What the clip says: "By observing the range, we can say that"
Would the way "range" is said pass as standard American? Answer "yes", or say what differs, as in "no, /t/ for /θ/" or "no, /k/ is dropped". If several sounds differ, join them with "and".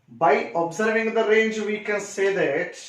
yes